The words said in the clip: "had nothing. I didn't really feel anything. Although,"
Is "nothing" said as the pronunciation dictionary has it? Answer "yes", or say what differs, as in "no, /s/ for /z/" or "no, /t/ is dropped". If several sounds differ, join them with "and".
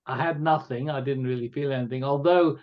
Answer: yes